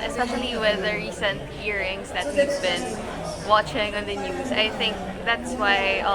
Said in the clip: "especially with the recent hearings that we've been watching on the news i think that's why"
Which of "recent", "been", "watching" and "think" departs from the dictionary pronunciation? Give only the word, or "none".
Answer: none